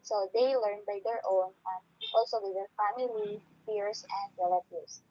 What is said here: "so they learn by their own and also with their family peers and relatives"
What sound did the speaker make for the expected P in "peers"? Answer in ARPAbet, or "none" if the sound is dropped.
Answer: F